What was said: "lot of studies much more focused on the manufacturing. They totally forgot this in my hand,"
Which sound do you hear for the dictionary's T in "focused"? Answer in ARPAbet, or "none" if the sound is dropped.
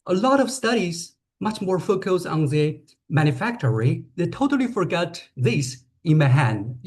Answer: none